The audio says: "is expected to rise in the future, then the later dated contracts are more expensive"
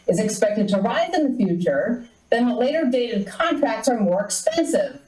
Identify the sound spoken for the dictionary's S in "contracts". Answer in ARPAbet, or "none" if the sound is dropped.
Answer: S